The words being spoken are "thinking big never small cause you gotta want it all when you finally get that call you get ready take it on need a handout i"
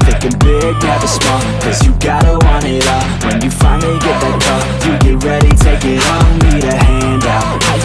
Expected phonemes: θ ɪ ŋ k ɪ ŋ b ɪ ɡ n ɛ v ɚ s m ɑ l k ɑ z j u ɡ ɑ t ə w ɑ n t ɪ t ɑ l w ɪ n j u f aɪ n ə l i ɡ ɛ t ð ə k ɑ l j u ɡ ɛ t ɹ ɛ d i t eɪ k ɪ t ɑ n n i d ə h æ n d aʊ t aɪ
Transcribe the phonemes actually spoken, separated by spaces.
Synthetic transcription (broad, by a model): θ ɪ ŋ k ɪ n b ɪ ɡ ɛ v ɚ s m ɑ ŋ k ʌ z j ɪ ɡ ɑ t ə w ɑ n ɪ t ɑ w ɪ n j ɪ f aɪ n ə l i ɡ ɛ t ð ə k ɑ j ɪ ɡ ɛ t ɹ ɛ d i t eɪ k ɪ t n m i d ə h æ n d aʊ t